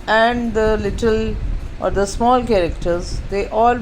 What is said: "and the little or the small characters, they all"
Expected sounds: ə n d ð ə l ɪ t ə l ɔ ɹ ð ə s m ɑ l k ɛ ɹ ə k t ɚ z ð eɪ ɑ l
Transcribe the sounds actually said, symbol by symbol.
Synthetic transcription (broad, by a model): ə n d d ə l ɪ t ə l ɔ ɹ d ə s m ɑ l k ɛ ɹ ə k t ɚ z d eɪ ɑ l